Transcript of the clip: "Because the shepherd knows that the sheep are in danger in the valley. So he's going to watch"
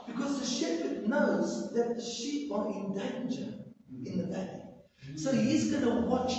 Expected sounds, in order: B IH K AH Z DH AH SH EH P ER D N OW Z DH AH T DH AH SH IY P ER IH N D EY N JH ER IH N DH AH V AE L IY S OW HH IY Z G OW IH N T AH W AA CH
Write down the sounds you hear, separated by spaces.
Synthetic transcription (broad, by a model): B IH K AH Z DH AH SH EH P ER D N OW Z DH AH T DH AH SH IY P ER IH N D EY N JH ER IH N DH AH B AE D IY S OW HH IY Z G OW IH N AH W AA CH